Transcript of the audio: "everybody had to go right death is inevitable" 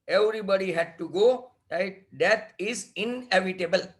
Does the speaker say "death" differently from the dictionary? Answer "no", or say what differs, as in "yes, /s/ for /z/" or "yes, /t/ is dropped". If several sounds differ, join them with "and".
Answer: yes, /t/ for /θ/